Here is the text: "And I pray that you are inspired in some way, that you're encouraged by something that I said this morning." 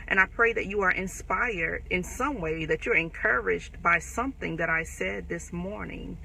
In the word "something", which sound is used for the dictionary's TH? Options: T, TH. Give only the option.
TH